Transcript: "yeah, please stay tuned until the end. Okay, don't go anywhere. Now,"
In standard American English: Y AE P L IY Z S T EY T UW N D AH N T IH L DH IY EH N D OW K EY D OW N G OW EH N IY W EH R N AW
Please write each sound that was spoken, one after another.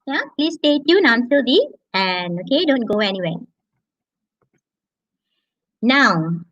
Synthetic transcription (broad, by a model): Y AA P L IY S T EY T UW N AH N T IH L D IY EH N OW K EY D OW N G OW EH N IY W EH N AW